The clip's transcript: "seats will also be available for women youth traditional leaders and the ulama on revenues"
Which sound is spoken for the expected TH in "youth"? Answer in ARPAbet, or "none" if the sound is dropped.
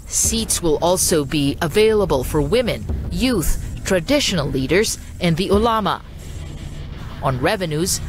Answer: TH